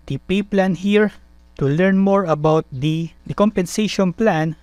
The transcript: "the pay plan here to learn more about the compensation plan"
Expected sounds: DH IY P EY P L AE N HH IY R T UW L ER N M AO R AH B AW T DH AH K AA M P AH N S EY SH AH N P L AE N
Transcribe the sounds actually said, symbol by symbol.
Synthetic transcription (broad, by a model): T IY P EY P L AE N HH IY R T UW L ER N M AO R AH B AW T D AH K AA M P AH N S EY SH AH N P L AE N